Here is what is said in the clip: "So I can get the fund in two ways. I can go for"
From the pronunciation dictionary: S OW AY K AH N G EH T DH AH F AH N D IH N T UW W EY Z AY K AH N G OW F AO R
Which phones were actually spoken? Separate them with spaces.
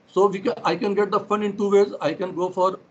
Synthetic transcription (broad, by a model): S OW AY K AH N G EH T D AH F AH N IH N T UW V EY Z AY K AH N G OW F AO R